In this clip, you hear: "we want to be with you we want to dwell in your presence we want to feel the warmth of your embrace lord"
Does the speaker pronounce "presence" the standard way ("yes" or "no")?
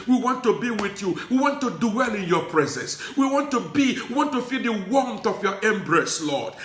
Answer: yes